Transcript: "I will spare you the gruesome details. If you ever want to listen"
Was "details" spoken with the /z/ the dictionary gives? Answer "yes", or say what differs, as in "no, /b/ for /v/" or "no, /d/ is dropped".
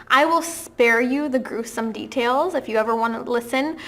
yes